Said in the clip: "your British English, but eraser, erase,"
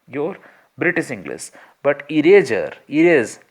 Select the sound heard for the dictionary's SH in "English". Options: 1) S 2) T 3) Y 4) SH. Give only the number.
1